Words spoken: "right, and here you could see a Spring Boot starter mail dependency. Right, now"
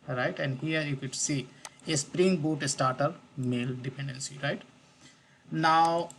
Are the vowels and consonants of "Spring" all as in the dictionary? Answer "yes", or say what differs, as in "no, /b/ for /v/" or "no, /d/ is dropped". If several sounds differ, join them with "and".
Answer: yes